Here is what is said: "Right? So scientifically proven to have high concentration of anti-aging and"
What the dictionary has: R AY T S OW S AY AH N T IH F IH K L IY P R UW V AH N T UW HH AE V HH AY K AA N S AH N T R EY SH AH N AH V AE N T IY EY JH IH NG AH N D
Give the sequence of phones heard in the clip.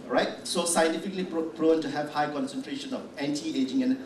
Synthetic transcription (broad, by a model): R AY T S OW S AY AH N T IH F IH K L IY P R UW AH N T UW HH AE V HH AY K AA N S AH N T R EY SH AH N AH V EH N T IY EY JH IH NG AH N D